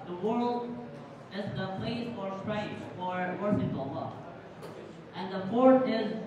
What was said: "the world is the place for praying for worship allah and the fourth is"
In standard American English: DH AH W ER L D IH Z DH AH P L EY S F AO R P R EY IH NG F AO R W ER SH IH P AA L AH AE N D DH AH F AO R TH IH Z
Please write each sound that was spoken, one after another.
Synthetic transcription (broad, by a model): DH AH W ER L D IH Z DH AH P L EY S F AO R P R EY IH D F AO R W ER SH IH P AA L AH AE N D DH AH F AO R T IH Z